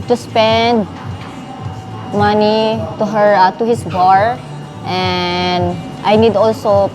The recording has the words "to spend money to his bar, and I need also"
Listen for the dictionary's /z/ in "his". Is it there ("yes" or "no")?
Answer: no